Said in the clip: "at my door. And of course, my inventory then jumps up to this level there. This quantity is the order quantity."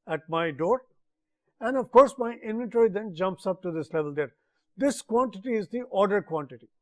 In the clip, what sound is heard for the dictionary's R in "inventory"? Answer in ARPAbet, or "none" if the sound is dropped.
R